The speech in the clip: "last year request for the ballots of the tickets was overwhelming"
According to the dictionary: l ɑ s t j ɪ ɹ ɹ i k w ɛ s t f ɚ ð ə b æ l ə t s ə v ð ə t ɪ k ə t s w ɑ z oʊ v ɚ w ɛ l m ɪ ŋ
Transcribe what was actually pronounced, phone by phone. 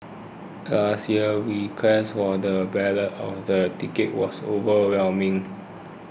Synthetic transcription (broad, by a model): l ɑ s t j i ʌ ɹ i k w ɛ s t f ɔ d ə b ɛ l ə t ə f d ə t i k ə t w ɑ s oʊ v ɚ w ɛ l m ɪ ŋ